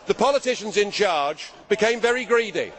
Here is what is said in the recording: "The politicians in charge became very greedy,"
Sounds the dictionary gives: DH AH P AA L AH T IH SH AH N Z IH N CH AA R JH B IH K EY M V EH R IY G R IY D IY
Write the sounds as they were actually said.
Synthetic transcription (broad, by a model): DH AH P AA L AH T IH SH AH N Z IH N CH AA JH B IH K EY M V EH R IY G R IY D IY